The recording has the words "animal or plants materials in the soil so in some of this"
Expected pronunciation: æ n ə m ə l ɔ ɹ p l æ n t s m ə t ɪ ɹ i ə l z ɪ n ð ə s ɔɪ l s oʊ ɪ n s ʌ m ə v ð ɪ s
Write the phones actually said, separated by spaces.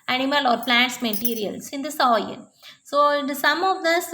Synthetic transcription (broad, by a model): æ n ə m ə l ɔ ɹ p l æ n t s m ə t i ɹ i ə l s ɪ n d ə s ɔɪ n s oʊ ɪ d s ʌ m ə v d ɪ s